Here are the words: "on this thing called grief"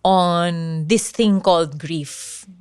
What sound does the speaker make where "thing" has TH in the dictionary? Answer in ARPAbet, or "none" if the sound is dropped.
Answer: T